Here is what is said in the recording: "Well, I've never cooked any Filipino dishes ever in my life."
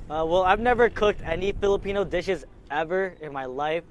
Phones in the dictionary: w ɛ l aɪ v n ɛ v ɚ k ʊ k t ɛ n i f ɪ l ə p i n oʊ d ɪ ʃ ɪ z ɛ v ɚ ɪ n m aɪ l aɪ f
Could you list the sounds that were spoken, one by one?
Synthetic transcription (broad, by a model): w ɛ l aɪ v n ɛ v ɚ k ʊ k t ɛ n i f ɪ l ə p i n oʊ d ɪ ʃ ɪ z ɛ v ɚ ɪ n m aɪ l aɪ f